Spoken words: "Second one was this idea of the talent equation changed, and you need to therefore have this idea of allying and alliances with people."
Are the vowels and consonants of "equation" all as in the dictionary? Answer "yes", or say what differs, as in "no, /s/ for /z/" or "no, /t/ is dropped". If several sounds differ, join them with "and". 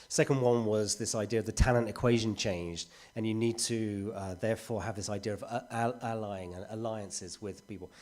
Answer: yes